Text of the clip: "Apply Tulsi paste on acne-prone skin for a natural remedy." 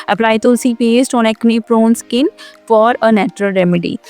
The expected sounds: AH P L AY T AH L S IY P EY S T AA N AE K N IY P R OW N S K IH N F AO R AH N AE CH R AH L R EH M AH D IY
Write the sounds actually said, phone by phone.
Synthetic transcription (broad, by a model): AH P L AY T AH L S IY P EY S T AA N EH K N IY P R OW N S K IH N F AO R AH N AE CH R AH L R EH M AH D IY